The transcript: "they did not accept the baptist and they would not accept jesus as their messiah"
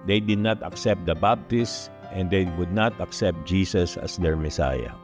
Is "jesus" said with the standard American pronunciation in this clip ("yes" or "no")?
no